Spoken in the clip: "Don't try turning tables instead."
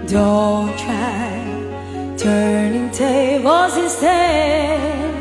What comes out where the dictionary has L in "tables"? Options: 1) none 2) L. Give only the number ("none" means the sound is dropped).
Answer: 1